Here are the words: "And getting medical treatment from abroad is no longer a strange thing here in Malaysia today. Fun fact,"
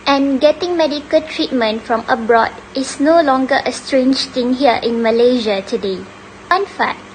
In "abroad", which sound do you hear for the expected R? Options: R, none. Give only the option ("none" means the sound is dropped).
R